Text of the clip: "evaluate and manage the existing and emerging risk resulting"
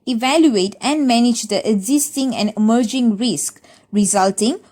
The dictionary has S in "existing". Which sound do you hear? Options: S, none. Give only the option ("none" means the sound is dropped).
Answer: S